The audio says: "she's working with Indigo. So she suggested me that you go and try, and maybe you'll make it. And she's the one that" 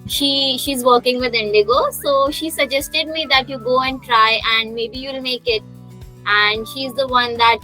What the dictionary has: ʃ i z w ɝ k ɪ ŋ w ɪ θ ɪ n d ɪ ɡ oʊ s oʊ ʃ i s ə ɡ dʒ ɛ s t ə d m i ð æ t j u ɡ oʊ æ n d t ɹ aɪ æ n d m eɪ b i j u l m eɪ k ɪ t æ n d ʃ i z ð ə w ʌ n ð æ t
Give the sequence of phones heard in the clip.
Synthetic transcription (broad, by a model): ʃ i z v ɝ k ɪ ŋ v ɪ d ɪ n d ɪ ɡ oʊ s oʊ ʃ i s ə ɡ dʒ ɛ s t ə d m i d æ t j u ɡ oʊ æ n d t ɹ aɪ æ n d m eɪ b i j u l m eɪ k ɪ t æ n d ʃ i z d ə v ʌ n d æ t